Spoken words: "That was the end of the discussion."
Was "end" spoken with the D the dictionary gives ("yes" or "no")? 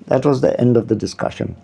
yes